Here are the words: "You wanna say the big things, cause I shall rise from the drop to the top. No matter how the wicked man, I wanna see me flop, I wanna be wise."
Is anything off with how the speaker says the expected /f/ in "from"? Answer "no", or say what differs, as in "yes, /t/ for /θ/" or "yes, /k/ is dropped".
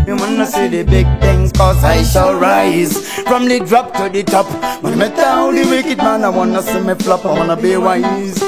yes, /p/ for /f/